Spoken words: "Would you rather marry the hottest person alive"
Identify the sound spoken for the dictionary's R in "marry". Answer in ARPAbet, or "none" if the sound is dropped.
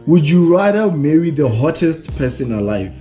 R